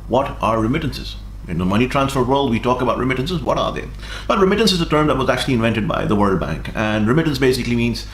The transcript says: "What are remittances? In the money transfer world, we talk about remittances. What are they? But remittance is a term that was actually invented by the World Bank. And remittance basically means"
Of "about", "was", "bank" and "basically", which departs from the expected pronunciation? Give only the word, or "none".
none